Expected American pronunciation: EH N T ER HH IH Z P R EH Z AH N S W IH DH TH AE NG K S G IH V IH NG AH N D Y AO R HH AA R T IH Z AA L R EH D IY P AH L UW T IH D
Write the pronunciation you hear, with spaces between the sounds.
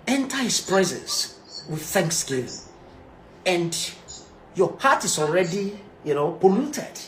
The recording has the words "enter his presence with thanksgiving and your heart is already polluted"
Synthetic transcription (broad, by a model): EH N T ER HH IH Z P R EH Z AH S W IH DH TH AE NG K S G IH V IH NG AH N D Y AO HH AA T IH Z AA L R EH D IY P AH L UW T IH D